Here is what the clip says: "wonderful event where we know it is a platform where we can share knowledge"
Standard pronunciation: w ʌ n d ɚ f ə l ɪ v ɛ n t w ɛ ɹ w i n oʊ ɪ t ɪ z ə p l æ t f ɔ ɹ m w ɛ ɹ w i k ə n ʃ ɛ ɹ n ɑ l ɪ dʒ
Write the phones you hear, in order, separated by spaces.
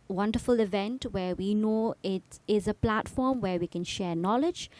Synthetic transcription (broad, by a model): w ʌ n d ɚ f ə l ɪ v ɛ n t w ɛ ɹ w i n oʊ ɪ t ɪ z ə p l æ t f ɔ ɹ m w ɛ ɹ w i k ə n ʃ ɛ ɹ n ɑ l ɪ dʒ